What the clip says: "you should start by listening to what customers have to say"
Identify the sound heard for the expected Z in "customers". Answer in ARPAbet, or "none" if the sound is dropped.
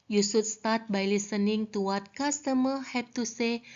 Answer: none